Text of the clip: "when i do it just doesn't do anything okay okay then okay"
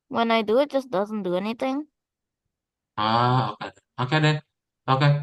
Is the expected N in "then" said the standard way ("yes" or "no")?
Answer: no